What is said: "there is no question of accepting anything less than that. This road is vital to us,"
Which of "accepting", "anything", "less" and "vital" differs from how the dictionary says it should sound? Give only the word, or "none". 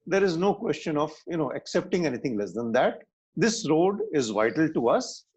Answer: anything